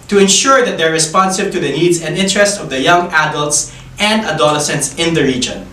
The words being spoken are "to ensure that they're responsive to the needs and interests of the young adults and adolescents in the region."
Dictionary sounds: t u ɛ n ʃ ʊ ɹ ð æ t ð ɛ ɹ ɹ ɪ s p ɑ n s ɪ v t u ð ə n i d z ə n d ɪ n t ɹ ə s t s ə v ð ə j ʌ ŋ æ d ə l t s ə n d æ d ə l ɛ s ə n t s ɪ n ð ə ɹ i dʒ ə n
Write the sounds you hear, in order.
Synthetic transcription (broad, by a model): t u ɛ n ʃ ʊ ɹ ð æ t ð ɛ ɹ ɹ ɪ s p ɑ n s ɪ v t u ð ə n i d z ə n d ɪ n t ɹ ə s t ə v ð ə j ʌ ŋ æ d ə l t s ə n d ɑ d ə l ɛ s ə n t s ɪ n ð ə ɹ i dʒ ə n